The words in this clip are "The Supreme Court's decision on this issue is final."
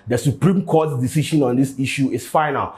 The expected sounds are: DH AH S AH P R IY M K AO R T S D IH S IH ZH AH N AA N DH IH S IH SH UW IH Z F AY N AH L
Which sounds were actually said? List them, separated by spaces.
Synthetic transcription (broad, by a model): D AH S AH P R IY M K AO T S D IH S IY SH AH N AA N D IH S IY SH UW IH S F AY N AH L